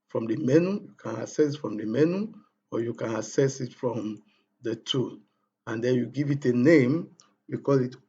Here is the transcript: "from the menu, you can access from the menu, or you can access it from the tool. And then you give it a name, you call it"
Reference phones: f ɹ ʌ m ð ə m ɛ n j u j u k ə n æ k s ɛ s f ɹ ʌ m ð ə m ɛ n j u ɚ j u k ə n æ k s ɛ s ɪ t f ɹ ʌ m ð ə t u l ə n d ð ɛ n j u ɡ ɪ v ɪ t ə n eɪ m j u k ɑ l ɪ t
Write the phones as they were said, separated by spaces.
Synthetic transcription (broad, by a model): f ɹ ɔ m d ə m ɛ n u j u k ə n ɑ s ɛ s f ɹ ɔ m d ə m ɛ n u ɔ j u k ə n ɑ s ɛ s ɪ t f ɹ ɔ m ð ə t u n ə n d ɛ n j u ɡ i v ɪ t ə n eɪ m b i k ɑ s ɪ t